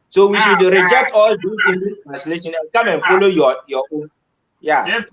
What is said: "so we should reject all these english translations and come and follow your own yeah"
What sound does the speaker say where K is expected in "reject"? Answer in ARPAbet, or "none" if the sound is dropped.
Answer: K